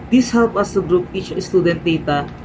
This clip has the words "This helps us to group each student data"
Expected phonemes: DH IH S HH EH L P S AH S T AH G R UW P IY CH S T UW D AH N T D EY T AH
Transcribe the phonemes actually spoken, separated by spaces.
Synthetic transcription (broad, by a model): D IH S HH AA W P AH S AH G R UW P IY CH S T UW D AH N T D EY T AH